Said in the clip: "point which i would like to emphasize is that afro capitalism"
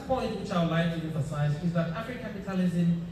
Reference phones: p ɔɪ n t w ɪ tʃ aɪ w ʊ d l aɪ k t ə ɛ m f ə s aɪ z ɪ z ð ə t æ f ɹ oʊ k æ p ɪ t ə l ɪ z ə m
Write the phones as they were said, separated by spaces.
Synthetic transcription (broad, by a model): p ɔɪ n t w ɪ tʃ aɪ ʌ l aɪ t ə ɛ m f ə s aɪ z ɪ z ð ə t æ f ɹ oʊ k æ p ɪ t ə l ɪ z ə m